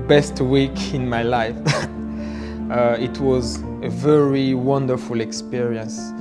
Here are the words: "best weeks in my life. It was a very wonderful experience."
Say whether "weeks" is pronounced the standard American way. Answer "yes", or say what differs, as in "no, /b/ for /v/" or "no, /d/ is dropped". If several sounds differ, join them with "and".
no, /s/ is dropped